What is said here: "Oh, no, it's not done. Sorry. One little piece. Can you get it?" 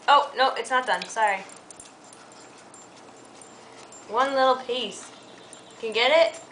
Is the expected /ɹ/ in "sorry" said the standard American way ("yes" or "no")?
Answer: yes